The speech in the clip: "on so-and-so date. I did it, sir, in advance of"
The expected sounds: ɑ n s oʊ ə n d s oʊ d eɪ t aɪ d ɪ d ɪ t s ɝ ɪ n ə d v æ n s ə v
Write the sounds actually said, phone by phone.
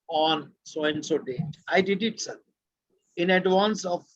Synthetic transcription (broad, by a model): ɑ n s oʊ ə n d s oʊ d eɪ aɪ d ɪ d ɪ t s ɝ ɪ n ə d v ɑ n s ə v